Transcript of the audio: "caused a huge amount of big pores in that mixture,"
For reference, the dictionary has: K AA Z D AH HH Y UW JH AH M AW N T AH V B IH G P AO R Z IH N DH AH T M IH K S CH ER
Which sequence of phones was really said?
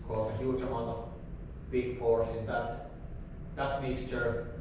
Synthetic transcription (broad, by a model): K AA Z AH HH Y UW JH AH M AW N T AH V B IH G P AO R S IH N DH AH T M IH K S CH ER